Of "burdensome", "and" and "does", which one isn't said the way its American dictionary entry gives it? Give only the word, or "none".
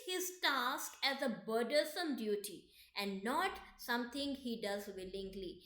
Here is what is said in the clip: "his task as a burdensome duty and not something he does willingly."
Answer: burdensome